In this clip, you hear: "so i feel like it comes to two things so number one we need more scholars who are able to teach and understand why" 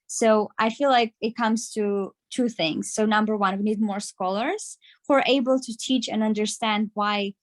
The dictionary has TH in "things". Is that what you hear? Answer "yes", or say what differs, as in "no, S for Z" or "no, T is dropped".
yes